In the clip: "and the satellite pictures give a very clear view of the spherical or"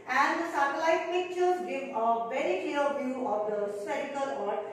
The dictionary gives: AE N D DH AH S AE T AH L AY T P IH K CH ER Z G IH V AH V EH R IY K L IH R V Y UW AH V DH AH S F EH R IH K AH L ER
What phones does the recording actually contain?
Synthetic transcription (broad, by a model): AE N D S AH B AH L AY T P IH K CH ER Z G IH V AH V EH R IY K L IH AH V Y UW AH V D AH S EH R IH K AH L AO